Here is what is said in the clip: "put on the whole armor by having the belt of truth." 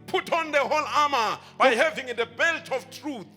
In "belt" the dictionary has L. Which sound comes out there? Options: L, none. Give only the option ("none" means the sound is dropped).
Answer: L